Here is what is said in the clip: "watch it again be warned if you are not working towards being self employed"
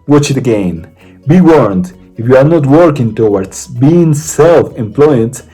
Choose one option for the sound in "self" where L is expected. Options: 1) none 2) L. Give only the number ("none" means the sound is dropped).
2